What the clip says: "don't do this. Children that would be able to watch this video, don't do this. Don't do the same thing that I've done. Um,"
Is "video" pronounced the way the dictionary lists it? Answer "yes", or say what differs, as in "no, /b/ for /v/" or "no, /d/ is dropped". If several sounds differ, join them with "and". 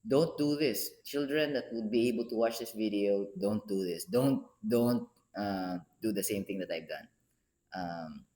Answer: yes